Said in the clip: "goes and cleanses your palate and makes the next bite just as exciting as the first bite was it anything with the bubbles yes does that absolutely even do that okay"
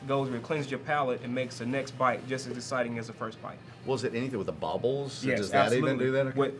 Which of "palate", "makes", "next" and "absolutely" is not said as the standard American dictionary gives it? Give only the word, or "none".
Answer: absolutely